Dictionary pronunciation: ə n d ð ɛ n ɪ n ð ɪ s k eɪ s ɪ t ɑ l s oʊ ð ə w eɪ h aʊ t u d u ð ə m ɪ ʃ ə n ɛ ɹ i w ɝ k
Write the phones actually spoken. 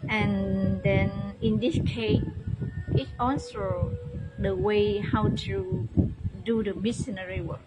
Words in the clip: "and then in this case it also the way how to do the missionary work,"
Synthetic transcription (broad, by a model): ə n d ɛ n ɪ n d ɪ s k eɪ s ɪ t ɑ n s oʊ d ə w eɪ h aʊ t u d u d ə m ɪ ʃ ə n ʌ ɹ i w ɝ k